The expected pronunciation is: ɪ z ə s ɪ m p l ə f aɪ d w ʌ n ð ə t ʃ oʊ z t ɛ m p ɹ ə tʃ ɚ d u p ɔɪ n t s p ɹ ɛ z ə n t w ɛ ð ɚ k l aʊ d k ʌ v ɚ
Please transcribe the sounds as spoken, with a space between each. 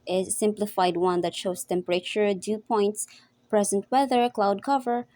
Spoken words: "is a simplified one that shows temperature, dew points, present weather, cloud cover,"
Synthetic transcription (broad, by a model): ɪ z s ɪ m p l ə f aɪ d w ʌ n ð ə t ʃ oʊ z t ɛ m p ɹ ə tʃ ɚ d u p ɔɪ n t s p ɹ ɛ z ə n t w ɛ ð ɚ k l aʊ d k ʌ v ɚ